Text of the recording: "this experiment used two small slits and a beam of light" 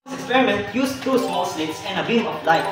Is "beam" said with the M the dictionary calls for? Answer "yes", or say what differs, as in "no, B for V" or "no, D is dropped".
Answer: no, M is dropped